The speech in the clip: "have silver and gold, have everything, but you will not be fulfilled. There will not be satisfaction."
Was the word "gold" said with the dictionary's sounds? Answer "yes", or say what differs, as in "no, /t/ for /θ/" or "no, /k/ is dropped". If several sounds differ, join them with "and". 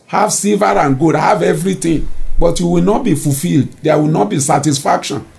no, /l/ is dropped